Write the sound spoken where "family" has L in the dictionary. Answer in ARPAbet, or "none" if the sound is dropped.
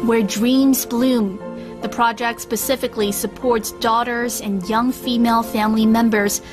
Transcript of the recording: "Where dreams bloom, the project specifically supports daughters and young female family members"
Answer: L